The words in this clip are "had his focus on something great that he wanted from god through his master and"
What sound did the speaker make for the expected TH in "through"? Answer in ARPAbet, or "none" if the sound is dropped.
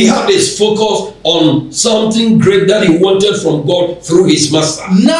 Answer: TH